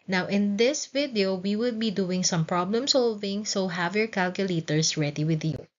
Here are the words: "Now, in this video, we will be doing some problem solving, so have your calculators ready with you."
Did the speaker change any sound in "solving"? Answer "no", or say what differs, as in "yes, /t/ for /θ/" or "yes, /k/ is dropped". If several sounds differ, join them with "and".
no